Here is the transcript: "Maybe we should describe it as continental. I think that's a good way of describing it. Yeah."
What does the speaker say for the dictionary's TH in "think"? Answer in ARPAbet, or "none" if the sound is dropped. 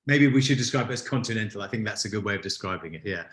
TH